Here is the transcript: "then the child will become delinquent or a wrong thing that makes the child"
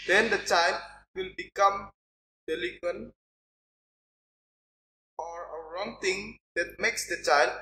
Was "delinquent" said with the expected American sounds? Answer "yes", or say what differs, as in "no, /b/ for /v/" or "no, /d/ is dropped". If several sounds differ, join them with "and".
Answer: no, /ŋ/ is dropped